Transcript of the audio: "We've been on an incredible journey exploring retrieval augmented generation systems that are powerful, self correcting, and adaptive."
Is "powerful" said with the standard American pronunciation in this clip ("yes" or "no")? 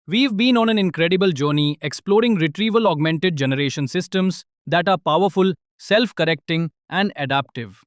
yes